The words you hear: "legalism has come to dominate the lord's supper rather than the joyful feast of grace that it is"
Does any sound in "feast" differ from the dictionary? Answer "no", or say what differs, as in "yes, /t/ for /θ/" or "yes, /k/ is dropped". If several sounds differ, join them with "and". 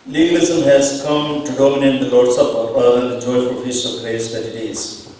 yes, /t/ is dropped